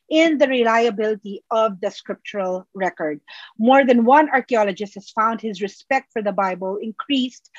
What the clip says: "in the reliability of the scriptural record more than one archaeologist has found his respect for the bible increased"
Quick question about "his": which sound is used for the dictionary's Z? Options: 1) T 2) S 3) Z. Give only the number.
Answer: 3